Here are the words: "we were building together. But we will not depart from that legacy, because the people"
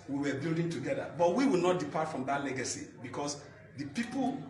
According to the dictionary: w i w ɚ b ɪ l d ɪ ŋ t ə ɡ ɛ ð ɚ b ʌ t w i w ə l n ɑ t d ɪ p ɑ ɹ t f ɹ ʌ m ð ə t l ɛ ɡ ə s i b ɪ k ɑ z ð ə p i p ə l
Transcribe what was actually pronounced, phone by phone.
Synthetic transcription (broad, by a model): w i w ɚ b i l d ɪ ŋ t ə ɡ ɛ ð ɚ b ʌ t w i w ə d n ɑ t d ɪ p ɑ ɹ t f ɹ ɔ m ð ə t l ɛ ɡ ə s i b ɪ k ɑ s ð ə p i p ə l